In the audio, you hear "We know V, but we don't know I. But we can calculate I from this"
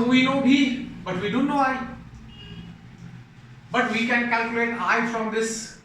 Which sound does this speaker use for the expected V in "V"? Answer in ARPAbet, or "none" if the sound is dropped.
B